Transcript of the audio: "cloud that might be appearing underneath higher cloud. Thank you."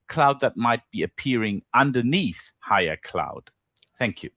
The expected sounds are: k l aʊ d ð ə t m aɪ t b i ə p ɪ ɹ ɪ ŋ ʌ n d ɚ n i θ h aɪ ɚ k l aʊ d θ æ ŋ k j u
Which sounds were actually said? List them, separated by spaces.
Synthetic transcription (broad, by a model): k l aʊ d ð ə t m aɪ t b i ə p ɪ ɹ ɪ ŋ ʌ n d ɚ n i θ h aɪ ɚ k l aʊ d θ æ ŋ k j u